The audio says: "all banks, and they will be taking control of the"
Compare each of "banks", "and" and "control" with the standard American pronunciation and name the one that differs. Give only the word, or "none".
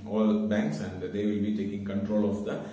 none